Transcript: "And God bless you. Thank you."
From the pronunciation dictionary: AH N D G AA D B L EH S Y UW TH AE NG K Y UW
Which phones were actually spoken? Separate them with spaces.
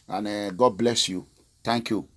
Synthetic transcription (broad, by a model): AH N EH G AA D B L EH S Y UW T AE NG K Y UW